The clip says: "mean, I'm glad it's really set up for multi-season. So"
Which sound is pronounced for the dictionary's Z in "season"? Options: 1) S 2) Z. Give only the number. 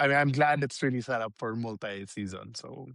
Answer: 2